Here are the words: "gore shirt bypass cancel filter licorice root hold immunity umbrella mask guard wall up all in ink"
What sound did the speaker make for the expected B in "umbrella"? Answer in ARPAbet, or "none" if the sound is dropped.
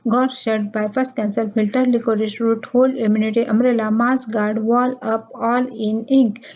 none